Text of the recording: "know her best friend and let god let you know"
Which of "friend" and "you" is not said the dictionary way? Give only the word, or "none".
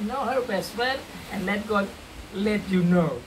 friend